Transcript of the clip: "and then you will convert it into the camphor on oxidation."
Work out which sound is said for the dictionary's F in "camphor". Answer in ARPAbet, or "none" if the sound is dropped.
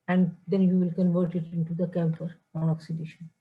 P